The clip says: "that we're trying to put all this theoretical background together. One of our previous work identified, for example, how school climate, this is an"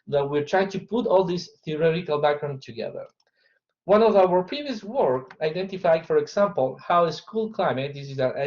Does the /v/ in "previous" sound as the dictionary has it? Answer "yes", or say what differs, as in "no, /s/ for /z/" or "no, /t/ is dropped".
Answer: yes